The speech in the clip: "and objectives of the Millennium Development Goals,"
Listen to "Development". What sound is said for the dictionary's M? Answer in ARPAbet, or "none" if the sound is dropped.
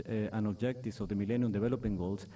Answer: none